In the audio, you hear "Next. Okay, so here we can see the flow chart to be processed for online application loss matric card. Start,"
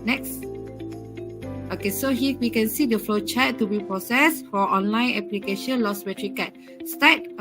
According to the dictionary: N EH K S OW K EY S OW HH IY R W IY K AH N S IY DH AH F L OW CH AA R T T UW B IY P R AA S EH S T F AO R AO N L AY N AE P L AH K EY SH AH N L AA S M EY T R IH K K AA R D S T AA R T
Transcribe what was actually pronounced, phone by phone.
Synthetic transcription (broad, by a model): N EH K S OW K EY S OW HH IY W IY K AH N S IY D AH F L OW CH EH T T UW B IY P R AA S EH S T F AO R AO N L AY N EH P L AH K EY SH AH N L AA S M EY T R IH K K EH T S T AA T